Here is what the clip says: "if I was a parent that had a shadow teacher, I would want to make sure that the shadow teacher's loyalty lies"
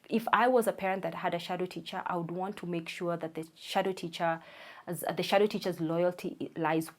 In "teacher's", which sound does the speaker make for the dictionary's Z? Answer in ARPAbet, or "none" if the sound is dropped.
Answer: Z